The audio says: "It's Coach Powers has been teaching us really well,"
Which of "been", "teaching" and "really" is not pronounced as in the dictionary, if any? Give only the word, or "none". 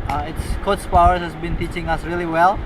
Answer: none